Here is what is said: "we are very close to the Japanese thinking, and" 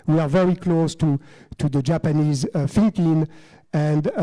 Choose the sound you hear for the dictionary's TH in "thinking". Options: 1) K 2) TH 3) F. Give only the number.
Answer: 3